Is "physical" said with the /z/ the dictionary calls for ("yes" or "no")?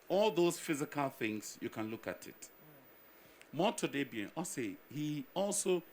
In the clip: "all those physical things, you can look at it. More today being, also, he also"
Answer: yes